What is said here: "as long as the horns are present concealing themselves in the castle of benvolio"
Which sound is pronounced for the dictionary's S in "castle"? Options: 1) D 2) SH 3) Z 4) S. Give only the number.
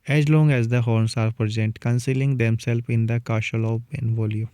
2